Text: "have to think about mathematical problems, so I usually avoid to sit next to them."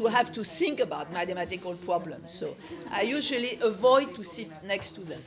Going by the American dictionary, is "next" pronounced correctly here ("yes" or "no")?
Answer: yes